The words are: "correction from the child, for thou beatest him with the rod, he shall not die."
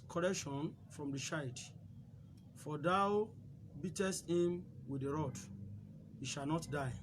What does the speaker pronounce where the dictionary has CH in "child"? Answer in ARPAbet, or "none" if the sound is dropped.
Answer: SH